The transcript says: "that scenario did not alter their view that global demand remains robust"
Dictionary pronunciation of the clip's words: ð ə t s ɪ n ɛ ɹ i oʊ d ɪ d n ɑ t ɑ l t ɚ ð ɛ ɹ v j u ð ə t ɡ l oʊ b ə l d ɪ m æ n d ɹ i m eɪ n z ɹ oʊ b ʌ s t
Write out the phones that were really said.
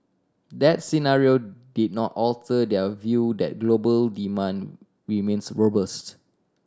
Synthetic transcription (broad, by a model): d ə t s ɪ n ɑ ɹ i oʊ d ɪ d n ɑ t ɑ l t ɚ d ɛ v j u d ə t ɡ l oʊ b ə l d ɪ m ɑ n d ɹ i m eɪ n s ɹ oʊ b ʌ s t